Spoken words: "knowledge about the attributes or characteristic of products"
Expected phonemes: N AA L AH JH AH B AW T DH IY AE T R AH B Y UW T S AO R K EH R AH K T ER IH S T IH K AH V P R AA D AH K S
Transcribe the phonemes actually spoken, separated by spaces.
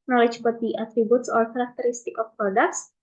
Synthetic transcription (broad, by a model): N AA L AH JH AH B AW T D IY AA T R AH B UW T S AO L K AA R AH K T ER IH S T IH K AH F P R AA D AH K S